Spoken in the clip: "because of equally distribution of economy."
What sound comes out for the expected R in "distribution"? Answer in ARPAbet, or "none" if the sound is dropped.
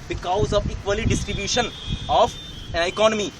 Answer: R